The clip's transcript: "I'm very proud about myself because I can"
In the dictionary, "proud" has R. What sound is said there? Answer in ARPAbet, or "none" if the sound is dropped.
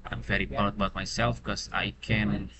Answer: none